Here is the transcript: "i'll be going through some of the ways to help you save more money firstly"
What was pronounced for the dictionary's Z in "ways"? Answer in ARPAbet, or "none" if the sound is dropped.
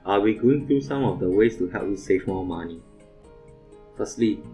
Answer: S